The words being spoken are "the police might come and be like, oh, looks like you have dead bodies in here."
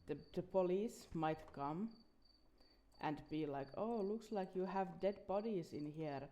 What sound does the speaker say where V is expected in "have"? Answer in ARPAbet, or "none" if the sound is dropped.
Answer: V